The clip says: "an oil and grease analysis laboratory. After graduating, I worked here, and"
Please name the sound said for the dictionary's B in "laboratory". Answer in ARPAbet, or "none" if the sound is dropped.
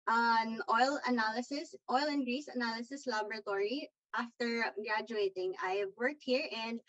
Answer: B